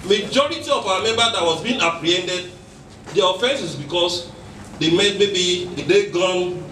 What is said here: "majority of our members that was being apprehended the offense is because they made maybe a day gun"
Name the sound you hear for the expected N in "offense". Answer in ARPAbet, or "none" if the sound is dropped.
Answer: N